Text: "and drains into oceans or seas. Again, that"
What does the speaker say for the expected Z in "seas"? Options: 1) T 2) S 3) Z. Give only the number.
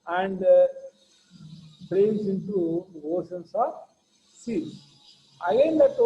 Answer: 2